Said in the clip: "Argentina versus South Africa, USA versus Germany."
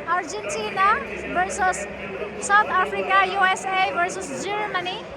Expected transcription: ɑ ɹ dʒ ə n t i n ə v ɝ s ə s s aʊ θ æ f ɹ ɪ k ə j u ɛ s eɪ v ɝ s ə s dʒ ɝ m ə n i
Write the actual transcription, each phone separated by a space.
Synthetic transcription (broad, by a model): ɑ ɹ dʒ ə n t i n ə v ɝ s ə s s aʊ t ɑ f ɹ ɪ k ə j u ɛ s eɪ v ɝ s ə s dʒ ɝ m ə n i